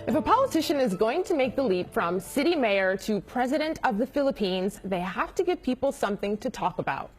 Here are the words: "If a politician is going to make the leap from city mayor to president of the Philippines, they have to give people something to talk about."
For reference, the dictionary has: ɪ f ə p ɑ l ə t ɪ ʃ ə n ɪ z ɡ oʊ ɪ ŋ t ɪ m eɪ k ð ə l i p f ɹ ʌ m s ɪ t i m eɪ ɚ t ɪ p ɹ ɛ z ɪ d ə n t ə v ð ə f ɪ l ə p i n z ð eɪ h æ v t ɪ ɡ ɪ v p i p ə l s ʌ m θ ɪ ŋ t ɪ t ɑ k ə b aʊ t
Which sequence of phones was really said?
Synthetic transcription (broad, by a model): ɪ f ə p ɑ l ə t ɪ ʃ ə n ɪ z ɡ oʊ ɪ ŋ t ɪ m eɪ k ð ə l i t f ɹ ʌ m s ɪ t i m eɪ ɚ t ɪ p ɹ ɛ z ɪ d ə n t ə v ð ə f ɪ l ə p i n z ð eɪ h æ f t ɪ ɡ ɪ v p i p l s ʌ m θ ɪ ŋ t ɪ t ɑ k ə b aʊ t